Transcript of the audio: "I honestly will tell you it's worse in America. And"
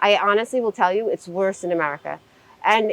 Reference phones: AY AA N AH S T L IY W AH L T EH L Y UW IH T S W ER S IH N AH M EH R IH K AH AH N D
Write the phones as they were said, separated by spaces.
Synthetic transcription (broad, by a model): AY AA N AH S T L IY W AH L T EH L Y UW IH T S W ER S IH N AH M EH R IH K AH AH N